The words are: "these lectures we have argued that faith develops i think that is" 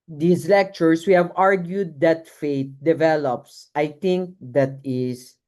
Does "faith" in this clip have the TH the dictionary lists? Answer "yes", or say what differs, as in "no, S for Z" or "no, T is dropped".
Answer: no, T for TH